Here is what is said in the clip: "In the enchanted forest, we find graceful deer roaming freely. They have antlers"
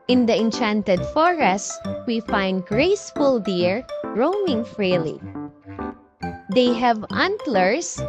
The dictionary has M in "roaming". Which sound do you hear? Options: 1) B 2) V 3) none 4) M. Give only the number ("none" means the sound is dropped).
4